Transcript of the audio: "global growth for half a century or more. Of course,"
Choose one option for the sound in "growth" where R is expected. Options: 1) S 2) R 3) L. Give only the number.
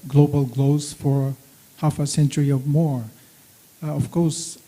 3